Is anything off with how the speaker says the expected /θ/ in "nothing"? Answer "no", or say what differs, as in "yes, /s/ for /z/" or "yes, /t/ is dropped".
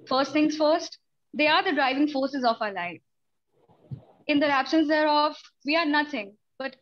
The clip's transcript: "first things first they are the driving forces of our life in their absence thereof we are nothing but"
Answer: yes, /t/ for /θ/